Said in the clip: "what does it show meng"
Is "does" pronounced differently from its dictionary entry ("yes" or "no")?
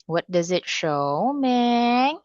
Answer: no